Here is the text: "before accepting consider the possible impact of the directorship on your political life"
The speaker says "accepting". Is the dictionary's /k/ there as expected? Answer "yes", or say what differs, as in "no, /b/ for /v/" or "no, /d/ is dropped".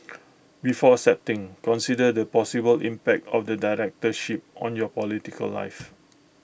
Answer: no, /k/ is dropped